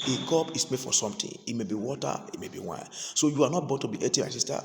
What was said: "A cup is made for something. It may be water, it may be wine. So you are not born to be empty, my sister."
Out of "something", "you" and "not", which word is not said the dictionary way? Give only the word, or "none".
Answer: something